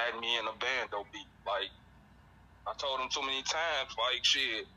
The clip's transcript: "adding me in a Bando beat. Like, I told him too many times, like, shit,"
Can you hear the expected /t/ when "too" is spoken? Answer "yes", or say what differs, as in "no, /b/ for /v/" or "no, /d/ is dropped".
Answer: no, /s/ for /t/